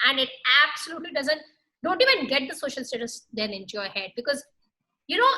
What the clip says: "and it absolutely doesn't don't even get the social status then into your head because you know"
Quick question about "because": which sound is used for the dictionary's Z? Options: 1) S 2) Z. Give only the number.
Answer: 2